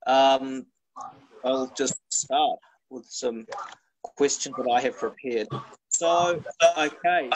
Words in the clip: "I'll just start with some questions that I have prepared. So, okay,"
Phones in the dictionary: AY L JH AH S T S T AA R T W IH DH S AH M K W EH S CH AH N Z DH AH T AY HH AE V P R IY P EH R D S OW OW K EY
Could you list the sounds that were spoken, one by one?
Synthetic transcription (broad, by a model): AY L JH AH S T S T AA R T W IH DH S AH M K W EH S CH AH N Z DH AH T AY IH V P R IY P EH R D S OW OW K EY